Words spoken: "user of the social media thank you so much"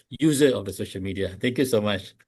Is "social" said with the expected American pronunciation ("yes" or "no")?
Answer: yes